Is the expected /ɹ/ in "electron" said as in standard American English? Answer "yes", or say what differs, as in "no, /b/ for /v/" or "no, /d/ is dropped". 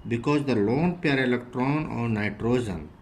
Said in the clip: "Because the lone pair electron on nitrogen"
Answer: yes